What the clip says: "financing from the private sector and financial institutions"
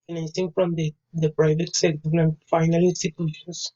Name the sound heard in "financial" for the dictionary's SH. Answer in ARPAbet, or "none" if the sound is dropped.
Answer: none